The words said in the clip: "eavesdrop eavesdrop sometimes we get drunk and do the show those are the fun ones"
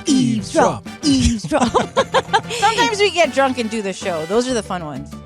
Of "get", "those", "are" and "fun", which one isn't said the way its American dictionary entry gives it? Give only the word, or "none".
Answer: none